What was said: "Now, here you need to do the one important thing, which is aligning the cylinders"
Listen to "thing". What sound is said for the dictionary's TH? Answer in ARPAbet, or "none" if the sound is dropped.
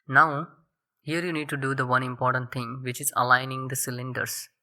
T